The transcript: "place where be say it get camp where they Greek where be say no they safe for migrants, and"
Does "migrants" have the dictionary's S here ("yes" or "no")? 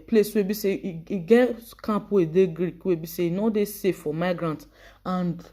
no